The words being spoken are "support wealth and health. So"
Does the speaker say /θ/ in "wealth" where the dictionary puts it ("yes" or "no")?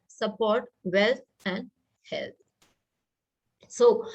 no